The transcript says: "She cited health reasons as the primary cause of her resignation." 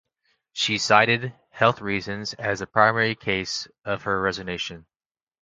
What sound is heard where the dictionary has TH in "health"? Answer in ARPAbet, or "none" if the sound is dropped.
TH